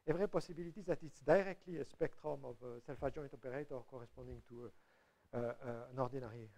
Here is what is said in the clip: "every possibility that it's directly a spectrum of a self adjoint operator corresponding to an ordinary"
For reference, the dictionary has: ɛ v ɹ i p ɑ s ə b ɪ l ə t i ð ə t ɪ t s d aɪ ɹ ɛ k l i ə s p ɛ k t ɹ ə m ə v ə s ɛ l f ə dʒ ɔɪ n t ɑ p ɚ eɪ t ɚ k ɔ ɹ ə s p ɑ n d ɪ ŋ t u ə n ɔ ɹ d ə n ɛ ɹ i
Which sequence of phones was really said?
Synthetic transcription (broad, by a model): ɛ v ɹ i p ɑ s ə b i l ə t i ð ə t ɪ t s d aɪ ɹ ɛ k l i ə s p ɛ k t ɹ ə m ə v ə s ɛ l f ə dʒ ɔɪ t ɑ p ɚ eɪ t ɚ k ɔ ɹ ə s p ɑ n d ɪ ŋ t u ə n ɔ ɹ d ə n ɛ ɹ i